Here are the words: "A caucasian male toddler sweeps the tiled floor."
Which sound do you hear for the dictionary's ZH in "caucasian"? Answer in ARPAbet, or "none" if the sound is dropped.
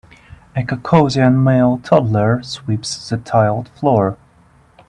Z